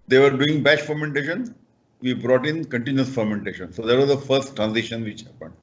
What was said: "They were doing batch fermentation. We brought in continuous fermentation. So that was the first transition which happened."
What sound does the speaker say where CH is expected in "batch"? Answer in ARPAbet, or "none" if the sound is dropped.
SH